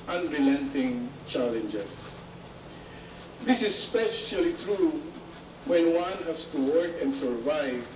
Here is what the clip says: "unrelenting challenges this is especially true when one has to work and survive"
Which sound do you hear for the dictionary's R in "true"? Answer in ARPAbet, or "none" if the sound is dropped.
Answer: R